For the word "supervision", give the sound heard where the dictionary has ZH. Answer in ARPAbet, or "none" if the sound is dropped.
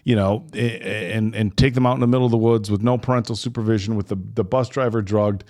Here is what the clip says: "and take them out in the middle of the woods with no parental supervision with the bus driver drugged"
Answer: ZH